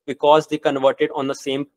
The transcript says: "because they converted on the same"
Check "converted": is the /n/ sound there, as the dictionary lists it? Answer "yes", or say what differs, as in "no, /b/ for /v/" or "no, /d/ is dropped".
yes